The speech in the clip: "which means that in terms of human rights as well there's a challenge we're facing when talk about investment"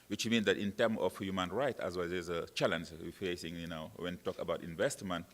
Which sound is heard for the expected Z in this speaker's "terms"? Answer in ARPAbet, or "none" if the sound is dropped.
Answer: none